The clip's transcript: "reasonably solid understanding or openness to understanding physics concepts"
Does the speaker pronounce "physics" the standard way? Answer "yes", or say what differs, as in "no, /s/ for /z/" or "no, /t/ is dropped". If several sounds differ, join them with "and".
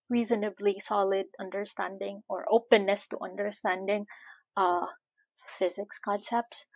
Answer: yes